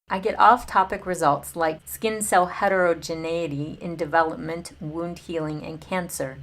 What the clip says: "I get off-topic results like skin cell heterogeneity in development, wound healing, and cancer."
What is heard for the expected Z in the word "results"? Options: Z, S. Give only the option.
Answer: Z